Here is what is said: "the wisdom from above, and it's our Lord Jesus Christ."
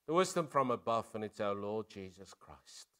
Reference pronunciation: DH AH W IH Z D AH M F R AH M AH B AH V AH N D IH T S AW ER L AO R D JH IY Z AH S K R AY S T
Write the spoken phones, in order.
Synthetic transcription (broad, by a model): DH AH W IH Z D AH M F R AH M AH B AH V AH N IH T S AW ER L AO D JH IY Z AH S K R AY S T